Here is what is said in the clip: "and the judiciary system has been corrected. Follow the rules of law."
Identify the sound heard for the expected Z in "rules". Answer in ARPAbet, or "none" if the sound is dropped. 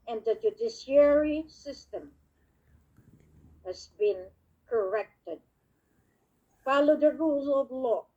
none